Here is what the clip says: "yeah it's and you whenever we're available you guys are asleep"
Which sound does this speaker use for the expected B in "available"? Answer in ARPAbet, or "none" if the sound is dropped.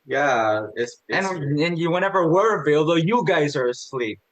none